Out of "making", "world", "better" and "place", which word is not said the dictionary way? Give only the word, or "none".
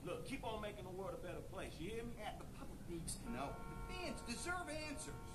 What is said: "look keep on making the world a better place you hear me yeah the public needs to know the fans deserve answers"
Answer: world